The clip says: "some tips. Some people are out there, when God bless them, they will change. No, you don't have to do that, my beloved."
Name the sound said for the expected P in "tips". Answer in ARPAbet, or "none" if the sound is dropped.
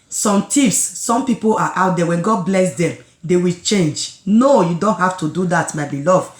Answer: F